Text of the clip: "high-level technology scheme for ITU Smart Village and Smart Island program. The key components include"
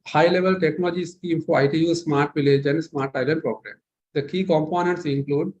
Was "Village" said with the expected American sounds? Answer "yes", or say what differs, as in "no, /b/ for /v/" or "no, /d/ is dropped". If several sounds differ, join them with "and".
yes